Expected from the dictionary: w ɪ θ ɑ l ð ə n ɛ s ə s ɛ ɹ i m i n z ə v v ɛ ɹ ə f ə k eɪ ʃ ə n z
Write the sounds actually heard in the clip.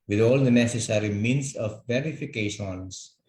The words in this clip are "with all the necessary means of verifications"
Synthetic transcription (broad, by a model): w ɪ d ɑ l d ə n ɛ s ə s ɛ ɹ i m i n s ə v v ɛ ɹ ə f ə k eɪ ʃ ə n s